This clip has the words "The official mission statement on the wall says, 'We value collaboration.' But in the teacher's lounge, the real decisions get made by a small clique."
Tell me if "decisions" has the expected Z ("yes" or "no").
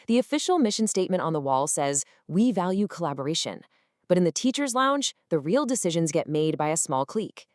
yes